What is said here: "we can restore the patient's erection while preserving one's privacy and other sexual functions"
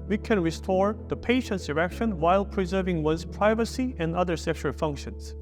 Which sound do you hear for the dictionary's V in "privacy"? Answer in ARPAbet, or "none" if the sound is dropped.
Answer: V